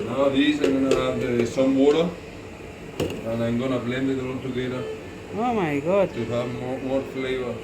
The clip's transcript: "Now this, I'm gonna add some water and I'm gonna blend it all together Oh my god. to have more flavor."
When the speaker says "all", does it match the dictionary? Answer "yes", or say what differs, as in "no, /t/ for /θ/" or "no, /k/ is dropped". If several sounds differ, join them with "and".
no, /n/ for /l/